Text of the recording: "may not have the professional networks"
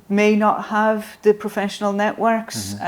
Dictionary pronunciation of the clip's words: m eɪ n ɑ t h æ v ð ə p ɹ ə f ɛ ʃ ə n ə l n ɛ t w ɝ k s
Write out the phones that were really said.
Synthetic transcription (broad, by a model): m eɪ n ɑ t h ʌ v ð ə p ɹ ə f ɛ ʃ ə n ə l n ɛ t w ɝ k s